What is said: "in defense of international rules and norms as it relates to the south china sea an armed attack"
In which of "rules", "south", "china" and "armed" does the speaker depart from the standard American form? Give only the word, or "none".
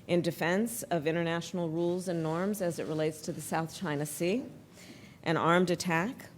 none